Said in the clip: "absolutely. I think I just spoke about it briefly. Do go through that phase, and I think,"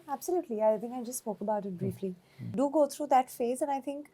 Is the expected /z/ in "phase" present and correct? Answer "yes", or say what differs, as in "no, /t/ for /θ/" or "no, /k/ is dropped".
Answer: yes